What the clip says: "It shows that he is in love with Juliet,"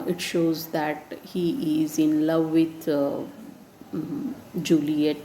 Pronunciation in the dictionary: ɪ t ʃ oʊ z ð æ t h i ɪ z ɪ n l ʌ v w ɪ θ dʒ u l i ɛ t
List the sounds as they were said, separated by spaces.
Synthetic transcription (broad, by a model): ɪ t ʃ oʊ z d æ t h i ɪ z ɪ n l ʌ v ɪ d dʒ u l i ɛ t